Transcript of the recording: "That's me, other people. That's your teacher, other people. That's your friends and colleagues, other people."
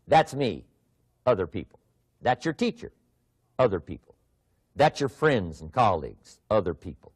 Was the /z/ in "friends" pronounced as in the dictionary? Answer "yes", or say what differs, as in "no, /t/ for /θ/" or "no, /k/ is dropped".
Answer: yes